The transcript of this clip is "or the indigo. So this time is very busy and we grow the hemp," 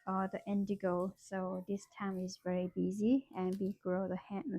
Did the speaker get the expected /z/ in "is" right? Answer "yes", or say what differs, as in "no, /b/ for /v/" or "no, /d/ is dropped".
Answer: yes